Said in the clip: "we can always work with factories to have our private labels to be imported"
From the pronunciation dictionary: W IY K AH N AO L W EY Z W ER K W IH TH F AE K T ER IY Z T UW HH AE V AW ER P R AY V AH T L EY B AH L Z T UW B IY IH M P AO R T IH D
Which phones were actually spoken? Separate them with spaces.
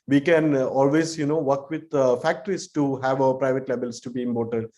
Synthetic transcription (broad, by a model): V IY K AH N AO L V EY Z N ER K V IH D F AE K T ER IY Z T UW HH AE V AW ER P R AY V AH T L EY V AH L S T UW B IY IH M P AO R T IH D